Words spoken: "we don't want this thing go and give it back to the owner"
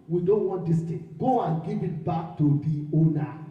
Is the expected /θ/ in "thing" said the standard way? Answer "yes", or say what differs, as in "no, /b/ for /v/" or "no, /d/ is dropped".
no, /t/ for /θ/